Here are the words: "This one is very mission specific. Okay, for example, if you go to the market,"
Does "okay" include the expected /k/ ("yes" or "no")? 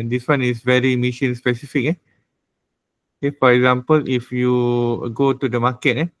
no